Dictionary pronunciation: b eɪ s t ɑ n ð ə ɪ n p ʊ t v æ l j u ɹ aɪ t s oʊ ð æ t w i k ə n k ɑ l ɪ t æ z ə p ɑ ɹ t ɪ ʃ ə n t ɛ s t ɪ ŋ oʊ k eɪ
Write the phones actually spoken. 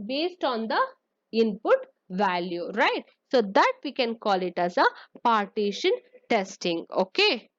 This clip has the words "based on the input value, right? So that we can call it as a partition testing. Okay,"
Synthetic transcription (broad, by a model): b eɪ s t ɑ n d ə ɪ n p ʊ t v æ l j u ɹ aɪ t s oʊ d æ t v i k ə n k ɑ l ɪ t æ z ə p ɑ ɹ t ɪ ʃ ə n t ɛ s t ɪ ŋ oʊ k eɪ